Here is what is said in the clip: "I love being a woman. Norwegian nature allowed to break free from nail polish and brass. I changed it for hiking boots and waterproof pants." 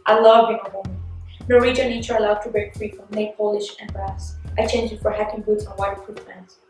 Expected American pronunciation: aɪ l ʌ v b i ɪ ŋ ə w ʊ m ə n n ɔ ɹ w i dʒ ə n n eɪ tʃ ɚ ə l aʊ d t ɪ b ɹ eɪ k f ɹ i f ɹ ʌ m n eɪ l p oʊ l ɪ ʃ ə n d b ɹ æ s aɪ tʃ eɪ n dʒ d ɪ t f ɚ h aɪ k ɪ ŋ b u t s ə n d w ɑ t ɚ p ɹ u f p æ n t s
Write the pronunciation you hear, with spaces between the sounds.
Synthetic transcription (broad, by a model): aɪ l ʌ v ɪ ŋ ə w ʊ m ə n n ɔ ɹ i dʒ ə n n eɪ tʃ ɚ ə l aʊ d t ɪ b ɹ eɪ k f ɹ i f ɹ ʌ m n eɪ p oʊ l ɪ ʃ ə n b ɹ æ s aɪ tʃ eɪ n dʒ ɪ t f ɚ h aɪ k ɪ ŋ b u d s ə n w ɑ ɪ f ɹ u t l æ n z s